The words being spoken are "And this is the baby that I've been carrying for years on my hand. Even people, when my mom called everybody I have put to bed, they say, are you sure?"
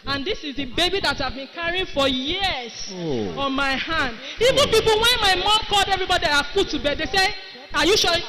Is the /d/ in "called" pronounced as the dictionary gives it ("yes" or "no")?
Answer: yes